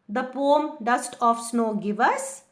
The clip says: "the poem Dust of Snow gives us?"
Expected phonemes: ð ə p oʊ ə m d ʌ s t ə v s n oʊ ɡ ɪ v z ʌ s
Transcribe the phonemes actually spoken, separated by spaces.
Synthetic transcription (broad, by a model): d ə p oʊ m d ʌ s t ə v s n oʊ ɡ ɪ v ʌ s